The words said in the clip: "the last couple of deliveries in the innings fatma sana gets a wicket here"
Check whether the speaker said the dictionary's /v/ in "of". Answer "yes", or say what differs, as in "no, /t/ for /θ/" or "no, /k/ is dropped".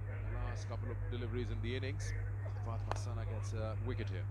yes